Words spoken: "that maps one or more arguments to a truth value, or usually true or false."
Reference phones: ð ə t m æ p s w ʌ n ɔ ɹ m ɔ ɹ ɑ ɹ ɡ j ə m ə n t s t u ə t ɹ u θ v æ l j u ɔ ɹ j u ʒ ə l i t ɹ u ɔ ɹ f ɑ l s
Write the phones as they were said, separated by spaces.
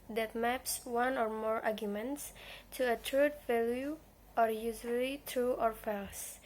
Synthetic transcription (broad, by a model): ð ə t m æ p s w ʌ n ɔ ɹ m ɔ ɹ ɑ ɹ ɡ j ə m ə n t s t u ə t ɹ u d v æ l j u ɔ ɹ j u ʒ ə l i t ɹ u ɔ ɹ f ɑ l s